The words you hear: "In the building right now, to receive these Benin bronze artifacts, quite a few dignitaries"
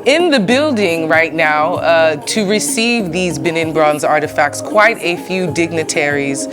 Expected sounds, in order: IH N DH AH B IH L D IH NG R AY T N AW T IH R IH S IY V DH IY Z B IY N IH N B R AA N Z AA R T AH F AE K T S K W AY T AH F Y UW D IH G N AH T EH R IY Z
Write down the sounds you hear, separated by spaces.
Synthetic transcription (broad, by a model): IH N DH AH B IH L D IH NG R AY T N AW T IH R IH S IY V DH IY Z B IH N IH N B R AA N Z AA R T AH F AE K T S K W AY T AH F Y UW D IH G N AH T EH R IY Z